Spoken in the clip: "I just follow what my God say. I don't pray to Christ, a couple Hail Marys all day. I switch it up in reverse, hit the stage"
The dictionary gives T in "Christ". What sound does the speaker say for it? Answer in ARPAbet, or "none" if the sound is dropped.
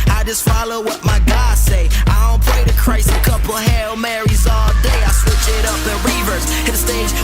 none